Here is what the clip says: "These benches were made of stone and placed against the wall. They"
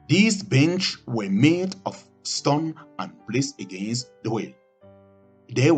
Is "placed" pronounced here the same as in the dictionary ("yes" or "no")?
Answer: no